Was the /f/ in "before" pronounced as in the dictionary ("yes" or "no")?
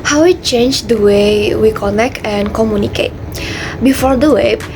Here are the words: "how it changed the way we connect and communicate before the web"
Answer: yes